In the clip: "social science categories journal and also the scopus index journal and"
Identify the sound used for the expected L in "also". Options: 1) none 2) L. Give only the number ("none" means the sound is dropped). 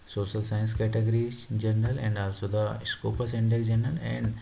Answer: 2